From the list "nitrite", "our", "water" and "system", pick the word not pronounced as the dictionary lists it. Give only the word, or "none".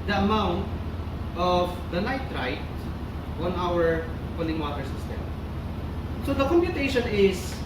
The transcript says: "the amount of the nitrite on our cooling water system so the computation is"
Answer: nitrite